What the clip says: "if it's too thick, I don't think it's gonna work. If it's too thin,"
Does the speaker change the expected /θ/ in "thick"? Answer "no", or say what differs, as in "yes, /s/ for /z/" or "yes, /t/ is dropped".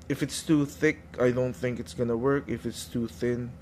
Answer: no